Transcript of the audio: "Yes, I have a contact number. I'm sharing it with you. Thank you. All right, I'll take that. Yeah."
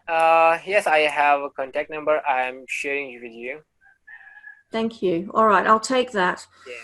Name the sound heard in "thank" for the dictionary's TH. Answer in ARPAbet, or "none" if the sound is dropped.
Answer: TH